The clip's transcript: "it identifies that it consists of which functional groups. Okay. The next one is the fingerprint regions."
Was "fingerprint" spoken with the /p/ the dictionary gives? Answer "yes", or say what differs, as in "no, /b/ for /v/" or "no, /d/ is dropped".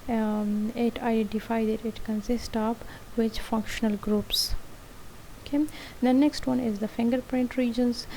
yes